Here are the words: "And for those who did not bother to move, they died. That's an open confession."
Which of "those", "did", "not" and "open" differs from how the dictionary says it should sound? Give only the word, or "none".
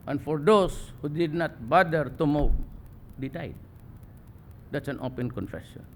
those